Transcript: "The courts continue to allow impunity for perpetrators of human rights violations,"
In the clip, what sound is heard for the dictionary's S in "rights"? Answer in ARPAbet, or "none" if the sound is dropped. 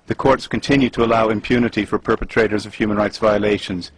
S